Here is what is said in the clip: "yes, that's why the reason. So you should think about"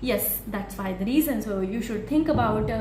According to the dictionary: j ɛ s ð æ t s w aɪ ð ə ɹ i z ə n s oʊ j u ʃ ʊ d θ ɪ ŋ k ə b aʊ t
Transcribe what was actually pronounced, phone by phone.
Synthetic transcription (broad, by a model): j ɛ s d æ t s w aɪ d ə ɹ i z ə n s oʊ j u ʃ ʊ d t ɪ ŋ k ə b aʊ t